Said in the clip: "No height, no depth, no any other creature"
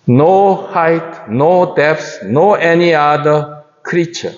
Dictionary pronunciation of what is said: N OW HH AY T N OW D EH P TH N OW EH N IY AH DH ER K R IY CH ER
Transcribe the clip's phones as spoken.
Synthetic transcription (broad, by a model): N OW HH AY T N OW D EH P S N OW EH N IY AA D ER K R IY CH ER